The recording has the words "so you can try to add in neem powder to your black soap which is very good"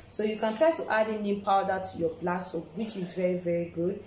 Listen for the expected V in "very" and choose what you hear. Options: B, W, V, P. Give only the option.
V